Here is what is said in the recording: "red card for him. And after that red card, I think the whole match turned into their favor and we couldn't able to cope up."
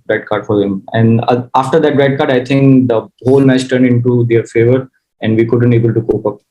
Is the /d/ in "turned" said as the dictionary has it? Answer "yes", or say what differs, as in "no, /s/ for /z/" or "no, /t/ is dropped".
yes